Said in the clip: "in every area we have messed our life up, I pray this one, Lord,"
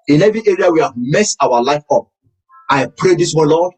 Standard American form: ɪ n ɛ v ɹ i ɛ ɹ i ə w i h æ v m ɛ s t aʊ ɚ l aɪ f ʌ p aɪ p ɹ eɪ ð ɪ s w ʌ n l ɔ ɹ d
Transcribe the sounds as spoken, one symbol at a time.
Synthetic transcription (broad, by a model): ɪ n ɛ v i ɛ ɹ i ə w i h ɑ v m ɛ s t aʊ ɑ l aɪ f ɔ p aɪ p ɹ eɪ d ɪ s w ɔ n l ɔ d